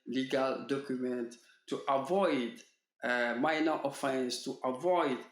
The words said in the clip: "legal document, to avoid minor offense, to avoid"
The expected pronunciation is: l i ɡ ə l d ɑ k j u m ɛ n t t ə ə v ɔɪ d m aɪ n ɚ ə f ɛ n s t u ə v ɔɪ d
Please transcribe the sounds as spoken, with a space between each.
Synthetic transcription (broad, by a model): l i ɡ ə l d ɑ k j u m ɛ n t t ə v ɔɪ d m aɪ n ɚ ə f ɛ n s t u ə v ɔɪ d